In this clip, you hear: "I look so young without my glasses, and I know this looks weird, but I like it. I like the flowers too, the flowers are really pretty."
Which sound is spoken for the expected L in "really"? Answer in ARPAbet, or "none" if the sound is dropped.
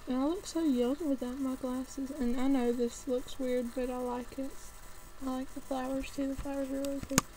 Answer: none